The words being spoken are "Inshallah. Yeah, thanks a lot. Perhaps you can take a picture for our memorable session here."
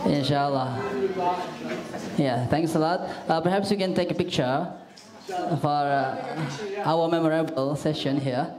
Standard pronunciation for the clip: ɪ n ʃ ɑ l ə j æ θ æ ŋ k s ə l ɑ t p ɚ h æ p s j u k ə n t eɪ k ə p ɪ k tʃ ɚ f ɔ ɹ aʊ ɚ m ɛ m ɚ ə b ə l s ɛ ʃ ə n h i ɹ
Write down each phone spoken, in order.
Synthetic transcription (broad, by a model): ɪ n ʃ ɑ l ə j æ t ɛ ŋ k s ə l ɑ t p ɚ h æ p s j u k ə n t eɪ k ə p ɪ k tʃ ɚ f ɔ ɹ aʊ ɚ m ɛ m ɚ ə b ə l s ɛ ʃ ə n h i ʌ